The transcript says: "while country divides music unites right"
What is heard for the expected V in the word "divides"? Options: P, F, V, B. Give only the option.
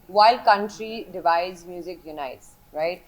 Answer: V